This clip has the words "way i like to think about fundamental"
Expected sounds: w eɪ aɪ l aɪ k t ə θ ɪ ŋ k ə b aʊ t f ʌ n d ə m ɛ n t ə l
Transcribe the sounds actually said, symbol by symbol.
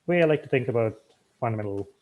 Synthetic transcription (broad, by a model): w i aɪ l aɪ k t ə θ ɪ ŋ k ə b aʊ t f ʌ n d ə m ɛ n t l